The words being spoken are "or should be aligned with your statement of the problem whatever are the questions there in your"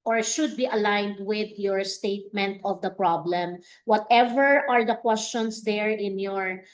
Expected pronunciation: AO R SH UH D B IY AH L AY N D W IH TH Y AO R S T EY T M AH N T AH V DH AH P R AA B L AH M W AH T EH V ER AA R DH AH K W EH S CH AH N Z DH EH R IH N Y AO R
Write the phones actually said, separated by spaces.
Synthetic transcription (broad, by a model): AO R SH UH D B IY AH L AY N D W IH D Y AO R S T EY T M AH N T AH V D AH P R AA B L AH M W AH T EH V ER AA R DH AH K W EH S CH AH N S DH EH R IH N Y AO R